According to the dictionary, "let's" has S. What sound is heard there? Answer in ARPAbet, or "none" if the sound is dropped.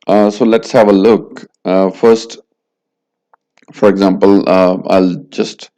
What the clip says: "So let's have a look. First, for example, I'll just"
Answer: S